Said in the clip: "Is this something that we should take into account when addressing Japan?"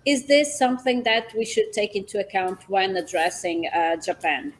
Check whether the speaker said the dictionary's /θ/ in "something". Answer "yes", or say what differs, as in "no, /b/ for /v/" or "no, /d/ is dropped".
yes